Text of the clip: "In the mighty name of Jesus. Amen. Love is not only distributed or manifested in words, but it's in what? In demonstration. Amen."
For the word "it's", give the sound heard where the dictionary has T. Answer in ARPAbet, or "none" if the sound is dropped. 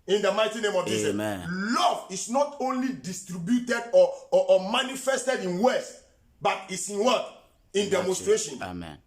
T